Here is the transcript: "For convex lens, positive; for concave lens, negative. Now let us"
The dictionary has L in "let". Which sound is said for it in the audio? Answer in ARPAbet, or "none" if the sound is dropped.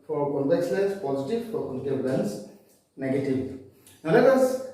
N